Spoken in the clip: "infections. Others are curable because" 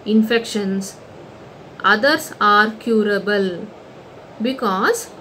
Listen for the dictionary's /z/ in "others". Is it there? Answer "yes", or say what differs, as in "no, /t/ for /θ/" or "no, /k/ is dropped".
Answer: no, /s/ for /z/